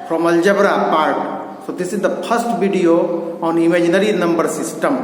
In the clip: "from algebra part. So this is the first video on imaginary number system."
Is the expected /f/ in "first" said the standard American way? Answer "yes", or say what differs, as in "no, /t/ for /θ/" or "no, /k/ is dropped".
no, /p/ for /f/